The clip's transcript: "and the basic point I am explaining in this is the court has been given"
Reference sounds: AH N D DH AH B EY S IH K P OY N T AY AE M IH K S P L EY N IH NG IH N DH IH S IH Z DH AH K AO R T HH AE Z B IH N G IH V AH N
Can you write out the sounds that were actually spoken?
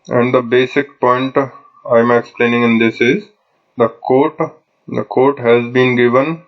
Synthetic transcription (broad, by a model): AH N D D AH B EY S IH K P OY N T AY M IH K S P L EY N IH NG IH N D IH S IH Z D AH K AO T T HH AE Z B IH N G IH V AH N